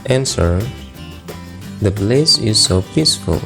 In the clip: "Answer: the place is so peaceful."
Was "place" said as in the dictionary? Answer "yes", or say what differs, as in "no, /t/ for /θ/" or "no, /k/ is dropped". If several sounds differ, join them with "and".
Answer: no, /b/ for /p/